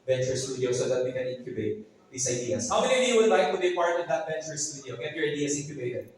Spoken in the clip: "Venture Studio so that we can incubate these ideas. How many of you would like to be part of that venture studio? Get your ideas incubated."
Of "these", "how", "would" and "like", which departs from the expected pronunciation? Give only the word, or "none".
these